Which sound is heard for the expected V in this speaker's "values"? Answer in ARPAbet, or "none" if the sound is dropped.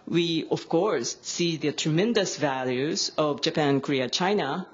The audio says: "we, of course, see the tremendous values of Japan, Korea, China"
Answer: V